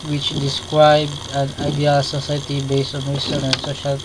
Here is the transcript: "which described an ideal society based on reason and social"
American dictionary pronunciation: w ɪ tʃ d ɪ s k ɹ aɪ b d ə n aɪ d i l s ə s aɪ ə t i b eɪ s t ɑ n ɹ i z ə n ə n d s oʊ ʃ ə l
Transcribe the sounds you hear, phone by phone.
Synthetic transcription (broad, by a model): w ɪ tʃ d ɪ s k ɹ aɪ b d ə n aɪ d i l s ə s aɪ t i b eɪ s t ɑ n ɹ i s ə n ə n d s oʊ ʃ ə l